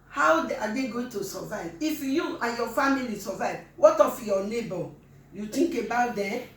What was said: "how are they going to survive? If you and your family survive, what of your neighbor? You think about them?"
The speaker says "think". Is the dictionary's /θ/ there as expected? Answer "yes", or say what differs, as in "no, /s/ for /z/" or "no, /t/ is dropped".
no, /t/ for /θ/